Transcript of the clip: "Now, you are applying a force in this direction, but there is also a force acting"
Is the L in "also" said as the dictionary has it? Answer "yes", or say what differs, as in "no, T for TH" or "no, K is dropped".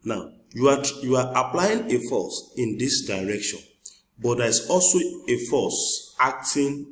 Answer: yes